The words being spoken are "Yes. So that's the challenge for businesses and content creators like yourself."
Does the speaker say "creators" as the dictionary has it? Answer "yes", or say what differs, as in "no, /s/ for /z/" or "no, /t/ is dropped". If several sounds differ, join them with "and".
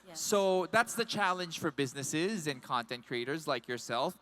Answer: yes